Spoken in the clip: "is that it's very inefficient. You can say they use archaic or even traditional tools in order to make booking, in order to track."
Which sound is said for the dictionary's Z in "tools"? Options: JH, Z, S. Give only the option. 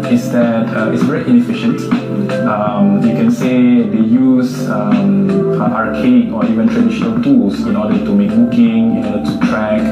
S